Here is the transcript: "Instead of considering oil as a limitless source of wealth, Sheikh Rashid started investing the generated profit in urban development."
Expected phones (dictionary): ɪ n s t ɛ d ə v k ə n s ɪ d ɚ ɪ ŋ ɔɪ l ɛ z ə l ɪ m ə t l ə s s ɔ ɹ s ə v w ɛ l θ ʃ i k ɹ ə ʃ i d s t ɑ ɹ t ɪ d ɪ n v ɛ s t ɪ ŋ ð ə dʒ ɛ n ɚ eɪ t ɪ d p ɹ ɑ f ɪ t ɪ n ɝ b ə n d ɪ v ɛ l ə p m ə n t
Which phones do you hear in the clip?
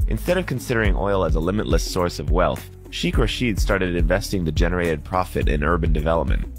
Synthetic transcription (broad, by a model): ɪ n s t ɛ d ə v k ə n s ɪ d ɚ ɪ ŋ ɔɪ l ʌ z ə l ɪ m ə t l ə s s ɔ ɹ s ə v w ɛ l θ ʃ i k ɹ ə ʃ i d s t ɑ ɹ t ɪ d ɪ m v ɛ s t ɪ ŋ ð ə dʒ ɛ n ɚ eɪ t ɪ d p ɹ ɑ f ɪ t ɪ n ɝ b ə n d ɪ v ɛ l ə p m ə n t